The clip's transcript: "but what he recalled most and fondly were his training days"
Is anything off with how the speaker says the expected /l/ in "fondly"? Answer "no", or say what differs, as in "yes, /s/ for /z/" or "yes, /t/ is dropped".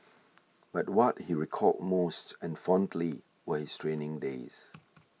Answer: no